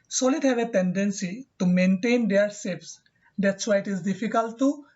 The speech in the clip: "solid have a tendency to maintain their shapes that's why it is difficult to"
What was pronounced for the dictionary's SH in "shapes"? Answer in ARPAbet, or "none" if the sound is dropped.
S